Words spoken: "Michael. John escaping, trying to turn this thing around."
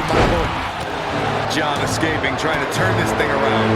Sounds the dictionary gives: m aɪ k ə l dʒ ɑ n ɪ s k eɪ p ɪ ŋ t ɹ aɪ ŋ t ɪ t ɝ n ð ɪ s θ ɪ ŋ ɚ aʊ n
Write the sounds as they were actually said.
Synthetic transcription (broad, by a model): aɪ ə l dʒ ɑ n ɪ s k eɪ p ɪ ŋ t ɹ aɪ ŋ t ɪ t ɝ n ð ɪ s θ ɪ ŋ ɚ aʊ n